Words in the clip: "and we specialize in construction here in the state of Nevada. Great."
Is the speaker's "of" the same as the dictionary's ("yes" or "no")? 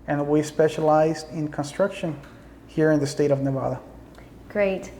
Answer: yes